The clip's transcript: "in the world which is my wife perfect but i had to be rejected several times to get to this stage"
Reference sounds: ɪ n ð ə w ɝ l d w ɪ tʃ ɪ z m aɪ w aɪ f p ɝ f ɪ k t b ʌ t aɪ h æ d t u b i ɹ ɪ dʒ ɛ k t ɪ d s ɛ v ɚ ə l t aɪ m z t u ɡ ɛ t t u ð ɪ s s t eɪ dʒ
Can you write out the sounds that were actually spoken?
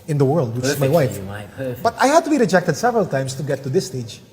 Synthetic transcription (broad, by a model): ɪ n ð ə w ɝ l d w ɪ tʃ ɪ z m aɪ w aɪ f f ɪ b ʌ t aɪ h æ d t u b i ɹ ɪ dʒ ɛ k t ɪ d s ɛ v ɚ ə l t aɪ m s t u ɡ ɛ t t u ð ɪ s s t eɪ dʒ